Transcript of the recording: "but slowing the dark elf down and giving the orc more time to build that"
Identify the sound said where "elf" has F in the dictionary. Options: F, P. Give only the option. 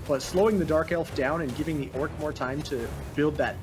F